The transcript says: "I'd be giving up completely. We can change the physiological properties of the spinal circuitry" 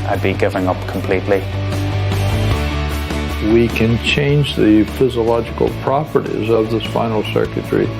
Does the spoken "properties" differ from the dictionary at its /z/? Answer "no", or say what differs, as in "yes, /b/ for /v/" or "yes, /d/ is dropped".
no